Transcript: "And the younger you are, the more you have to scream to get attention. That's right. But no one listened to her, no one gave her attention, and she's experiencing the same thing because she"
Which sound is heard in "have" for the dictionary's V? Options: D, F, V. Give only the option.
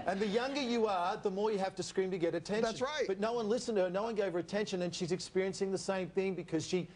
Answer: F